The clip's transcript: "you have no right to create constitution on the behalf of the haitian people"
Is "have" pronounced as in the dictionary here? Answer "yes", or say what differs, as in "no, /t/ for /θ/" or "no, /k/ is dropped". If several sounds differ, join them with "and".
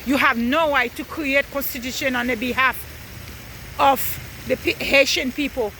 yes